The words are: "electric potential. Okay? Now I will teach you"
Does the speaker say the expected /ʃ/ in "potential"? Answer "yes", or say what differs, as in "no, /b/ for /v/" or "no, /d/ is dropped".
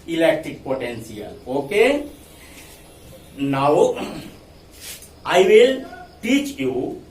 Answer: no, /s/ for /ʃ/